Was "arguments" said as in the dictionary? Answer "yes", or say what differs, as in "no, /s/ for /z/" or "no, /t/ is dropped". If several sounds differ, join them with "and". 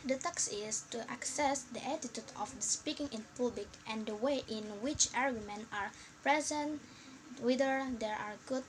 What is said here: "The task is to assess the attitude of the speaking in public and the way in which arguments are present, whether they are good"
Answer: no, /s/ is dropped